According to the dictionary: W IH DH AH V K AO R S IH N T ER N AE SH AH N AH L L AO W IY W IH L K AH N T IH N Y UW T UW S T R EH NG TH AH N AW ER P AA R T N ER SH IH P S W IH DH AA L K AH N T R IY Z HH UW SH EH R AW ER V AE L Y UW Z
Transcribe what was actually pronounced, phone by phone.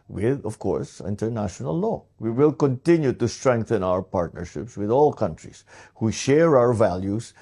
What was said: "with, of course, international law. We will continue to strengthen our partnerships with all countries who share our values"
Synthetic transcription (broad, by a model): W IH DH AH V K AO R S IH N T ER N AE SH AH N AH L L AO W IY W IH L K AH N T IH N Y UW T UW S T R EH NG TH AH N AW ER P AA R T N ER SH IH P S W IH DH AA L K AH N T R IY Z HH UW SH EH R AW ER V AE L Y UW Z